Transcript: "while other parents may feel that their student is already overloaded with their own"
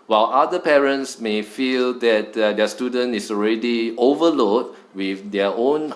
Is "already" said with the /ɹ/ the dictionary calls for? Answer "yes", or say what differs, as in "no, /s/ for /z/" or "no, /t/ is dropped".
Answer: yes